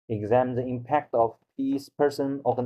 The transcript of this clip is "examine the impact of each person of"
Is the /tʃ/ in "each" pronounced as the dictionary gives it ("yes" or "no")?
no